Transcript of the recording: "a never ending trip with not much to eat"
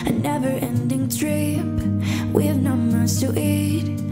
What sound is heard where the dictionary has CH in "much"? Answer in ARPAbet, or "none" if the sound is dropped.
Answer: S